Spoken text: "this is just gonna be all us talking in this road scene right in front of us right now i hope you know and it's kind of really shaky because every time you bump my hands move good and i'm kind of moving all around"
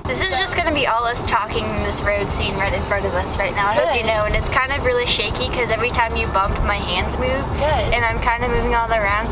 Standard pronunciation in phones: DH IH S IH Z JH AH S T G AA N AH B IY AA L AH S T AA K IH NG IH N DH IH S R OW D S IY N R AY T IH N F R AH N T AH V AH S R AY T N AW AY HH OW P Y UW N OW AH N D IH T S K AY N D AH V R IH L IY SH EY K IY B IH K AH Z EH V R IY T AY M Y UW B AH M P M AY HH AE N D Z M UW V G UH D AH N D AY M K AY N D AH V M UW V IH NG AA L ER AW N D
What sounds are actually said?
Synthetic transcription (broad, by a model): DH IH S IH Z JH AH S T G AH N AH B IY AA L AH S T AA K IH NG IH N DH IH S R OW D S IY N R AY T IH N F R AH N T AH V AH S R AY T N AW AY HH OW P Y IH N OW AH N IH T S K AY N D AH V R IH L IY SH EY IY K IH K AH Z EH V R IY T AY M Y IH B AH M P M AY HH AE N D Z M UW V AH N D AY M K AY N D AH M UW V IH NG AA L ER AW N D